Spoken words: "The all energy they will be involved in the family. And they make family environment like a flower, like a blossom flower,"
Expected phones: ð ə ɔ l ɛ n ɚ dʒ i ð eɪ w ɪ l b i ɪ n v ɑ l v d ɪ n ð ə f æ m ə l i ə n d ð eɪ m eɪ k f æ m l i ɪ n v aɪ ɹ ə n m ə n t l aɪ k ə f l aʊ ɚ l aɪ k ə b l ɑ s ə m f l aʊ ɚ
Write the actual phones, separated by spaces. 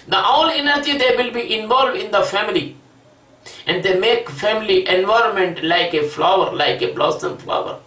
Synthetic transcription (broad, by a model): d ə ɔ l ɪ n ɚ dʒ i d eɪ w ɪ l b i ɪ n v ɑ l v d ɪ n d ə f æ m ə l i ə n d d eɪ m eɪ k f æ m l i ɪ n v aɪ ɹ ə n m ə n t l aɪ k ə f l aʊ ɚ l aɪ k ə b l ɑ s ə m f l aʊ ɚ